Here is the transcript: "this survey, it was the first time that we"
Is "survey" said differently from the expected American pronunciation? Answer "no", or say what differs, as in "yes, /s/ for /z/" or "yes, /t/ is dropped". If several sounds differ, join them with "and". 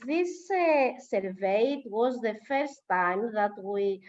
no